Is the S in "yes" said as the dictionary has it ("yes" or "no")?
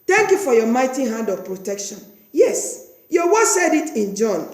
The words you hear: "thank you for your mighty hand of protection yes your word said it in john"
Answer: yes